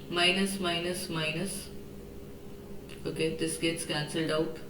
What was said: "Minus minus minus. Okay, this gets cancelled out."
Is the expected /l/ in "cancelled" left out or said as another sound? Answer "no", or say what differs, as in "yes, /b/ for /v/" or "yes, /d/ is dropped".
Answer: no